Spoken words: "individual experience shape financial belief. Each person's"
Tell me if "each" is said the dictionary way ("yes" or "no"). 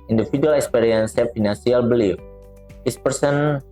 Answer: no